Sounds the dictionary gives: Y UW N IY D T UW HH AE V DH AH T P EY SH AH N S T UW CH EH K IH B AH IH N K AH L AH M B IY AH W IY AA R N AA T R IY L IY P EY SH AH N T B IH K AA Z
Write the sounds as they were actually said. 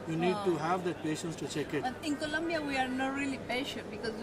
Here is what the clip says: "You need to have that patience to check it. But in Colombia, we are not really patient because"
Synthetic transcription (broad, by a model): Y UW N IY D T UW HH AE V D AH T P EY SH AH N S T UW CH EH K IH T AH IH N K AH L AH M B IY AH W IY AA R N AA T R IY L IY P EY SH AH T B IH K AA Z